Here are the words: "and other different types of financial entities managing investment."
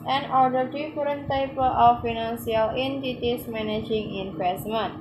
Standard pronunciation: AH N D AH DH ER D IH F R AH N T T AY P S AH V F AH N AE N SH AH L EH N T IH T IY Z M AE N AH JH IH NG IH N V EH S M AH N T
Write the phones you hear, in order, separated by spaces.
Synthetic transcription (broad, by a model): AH N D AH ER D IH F R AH N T T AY P AH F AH N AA N S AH L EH N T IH T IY S M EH N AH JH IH NG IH N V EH S M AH N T